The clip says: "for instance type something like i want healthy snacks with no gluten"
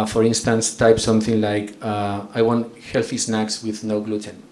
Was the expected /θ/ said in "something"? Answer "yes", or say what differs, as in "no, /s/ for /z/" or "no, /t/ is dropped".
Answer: yes